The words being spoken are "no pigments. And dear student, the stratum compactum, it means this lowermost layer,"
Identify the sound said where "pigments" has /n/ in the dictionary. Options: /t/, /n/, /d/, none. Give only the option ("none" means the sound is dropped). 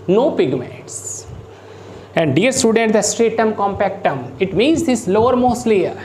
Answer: none